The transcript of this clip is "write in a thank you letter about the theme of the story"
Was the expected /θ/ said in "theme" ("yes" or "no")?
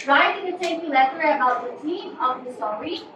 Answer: no